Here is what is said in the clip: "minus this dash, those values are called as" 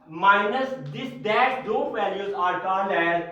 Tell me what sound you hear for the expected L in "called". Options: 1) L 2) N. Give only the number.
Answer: 2